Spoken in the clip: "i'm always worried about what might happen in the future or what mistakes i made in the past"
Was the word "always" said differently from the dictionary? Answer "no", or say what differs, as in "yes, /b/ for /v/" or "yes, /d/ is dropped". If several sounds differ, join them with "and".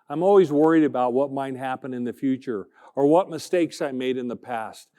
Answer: no